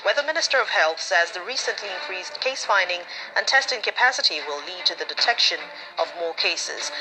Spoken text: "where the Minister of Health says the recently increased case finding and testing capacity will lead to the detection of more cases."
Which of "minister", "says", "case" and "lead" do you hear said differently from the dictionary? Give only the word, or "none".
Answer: none